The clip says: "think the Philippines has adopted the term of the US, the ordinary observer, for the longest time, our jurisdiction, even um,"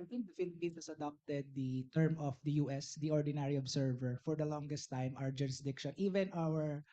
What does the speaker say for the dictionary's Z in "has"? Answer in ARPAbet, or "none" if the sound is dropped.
S